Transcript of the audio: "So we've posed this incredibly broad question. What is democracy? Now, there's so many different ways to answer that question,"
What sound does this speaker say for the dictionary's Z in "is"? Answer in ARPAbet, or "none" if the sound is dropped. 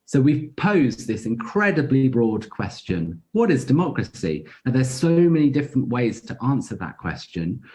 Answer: Z